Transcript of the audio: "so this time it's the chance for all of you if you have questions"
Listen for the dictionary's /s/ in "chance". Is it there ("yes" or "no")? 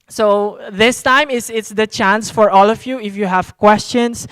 yes